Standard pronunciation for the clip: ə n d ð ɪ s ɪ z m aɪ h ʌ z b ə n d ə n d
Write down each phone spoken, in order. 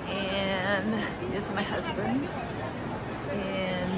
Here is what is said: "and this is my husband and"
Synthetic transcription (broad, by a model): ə n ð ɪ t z m aɪ h ʌ z b ə n d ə n